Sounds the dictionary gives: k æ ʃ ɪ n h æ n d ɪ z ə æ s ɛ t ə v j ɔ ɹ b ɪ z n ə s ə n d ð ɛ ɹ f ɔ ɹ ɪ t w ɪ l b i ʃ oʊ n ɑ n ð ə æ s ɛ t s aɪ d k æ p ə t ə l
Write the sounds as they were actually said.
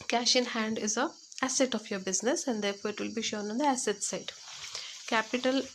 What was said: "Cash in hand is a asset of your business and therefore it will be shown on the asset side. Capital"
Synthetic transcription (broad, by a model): k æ ʃ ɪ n h æ n d ɪ z ə æ s ɛ t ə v j ɔ ɹ b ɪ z n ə s ə n d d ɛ ɹ f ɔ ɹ ɪ t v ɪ l b i ʃ oʊ n ɑ n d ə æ s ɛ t s aɪ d k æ p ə t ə l